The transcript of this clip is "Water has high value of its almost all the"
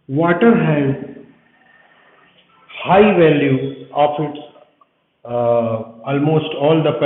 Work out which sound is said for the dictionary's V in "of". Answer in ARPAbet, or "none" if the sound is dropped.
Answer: P